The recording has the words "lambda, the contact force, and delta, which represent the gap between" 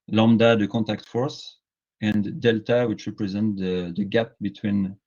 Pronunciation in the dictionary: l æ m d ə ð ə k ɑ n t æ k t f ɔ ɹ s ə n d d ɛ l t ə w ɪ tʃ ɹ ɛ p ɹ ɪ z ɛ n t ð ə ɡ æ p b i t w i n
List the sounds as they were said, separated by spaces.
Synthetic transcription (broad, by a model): l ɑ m d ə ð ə k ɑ n t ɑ k t f ɔ ɹ s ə n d d ɛ l t ə w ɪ tʃ ɹ ɛ p ɹ ɪ z ɛ n t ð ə ɡ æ p b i t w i n